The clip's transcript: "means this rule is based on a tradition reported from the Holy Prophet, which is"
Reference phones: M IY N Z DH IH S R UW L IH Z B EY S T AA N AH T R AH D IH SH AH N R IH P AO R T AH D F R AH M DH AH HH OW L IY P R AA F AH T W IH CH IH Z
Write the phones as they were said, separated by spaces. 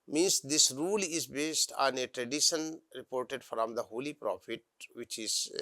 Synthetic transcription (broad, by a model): M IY N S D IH S R UW L IH Z B EY S T AA N AH T R AH D IH SH AH N R IH P AO R T AH D F R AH M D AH HH OW L IY P R AA F AH T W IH CH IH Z